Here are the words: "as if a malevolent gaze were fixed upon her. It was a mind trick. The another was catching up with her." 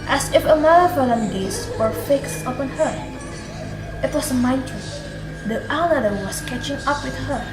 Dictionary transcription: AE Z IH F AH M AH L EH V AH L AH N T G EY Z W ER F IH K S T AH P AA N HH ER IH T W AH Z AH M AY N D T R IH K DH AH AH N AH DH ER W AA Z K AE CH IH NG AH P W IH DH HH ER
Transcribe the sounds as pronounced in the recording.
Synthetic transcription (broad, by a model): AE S IH F AH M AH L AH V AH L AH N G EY S W ER F IH K S T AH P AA N HH ER IH T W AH S AH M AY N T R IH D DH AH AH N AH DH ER W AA S K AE CH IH NG AH P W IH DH HH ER